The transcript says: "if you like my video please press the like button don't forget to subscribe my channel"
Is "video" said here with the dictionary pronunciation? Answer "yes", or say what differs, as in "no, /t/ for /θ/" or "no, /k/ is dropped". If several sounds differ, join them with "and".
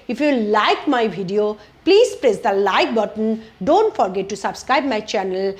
no, /b/ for /v/